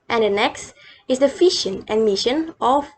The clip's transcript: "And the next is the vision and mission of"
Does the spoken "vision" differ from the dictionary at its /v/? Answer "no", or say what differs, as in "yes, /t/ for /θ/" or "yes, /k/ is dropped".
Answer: yes, /f/ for /v/